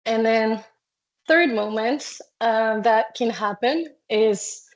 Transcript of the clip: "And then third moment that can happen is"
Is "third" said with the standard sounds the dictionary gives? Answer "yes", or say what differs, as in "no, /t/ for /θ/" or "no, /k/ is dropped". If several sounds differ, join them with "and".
yes